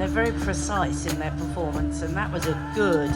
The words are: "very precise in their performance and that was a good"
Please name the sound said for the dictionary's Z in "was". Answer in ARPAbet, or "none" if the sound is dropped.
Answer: Z